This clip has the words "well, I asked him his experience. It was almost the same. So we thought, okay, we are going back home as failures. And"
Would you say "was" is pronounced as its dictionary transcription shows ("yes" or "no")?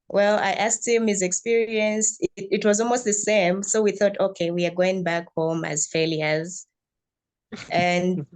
yes